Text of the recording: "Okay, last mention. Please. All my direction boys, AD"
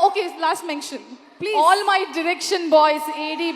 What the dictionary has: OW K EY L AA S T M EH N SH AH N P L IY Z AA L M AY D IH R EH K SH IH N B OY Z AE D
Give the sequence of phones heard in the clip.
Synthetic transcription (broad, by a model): OW K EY L AA S T M EH N SH AH N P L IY AA L M AY D IH R EH K SH IH N B OY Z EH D